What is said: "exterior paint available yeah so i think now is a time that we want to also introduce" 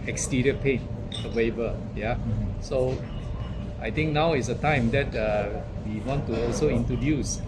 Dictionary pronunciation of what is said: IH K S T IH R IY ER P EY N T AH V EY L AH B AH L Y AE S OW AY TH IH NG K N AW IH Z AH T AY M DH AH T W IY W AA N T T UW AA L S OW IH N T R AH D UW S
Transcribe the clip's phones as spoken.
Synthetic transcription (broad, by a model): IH K S T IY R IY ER P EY N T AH W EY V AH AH Y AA S OW AY T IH NG K N AW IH S AH T AY M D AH T W IY W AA N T T UW AA L S OW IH N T R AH D UW S